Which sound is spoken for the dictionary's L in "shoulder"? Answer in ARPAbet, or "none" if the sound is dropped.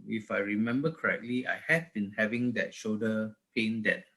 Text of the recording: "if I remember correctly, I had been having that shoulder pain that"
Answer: none